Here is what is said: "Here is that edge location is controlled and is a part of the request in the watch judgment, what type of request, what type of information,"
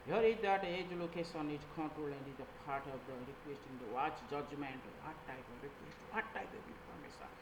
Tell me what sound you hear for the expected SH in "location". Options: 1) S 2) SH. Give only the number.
1